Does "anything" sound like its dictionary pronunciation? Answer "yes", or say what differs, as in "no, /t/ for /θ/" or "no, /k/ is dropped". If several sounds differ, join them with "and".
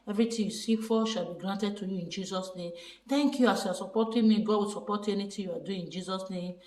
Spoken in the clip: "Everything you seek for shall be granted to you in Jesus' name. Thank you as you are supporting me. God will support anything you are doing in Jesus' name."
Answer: no, /t/ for /θ/